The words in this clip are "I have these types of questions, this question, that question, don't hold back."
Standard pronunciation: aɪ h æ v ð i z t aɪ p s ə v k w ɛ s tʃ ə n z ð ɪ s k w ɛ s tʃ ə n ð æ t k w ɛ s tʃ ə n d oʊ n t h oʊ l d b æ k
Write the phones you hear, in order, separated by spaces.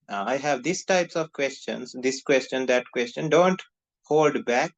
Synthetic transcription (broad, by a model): aɪ h æ v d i s t aɪ p s ə v k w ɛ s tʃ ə n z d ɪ s k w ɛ s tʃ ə n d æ t k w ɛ s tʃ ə n d oʊ n t h oʊ l d b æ k